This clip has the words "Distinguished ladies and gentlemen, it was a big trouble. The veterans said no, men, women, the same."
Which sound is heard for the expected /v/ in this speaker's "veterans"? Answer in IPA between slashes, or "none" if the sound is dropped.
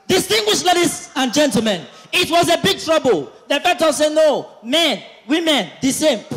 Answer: /f/